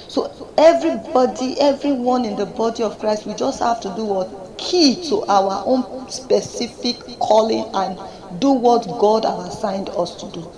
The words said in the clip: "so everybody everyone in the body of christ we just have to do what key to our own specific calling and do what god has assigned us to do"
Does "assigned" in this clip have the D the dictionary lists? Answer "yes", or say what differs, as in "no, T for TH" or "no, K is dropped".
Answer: yes